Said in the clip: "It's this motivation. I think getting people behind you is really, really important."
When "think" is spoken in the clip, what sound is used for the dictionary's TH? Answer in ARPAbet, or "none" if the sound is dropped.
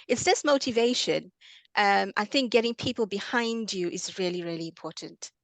TH